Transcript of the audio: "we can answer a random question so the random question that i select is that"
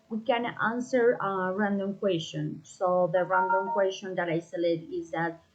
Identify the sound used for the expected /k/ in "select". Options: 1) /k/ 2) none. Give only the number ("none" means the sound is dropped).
2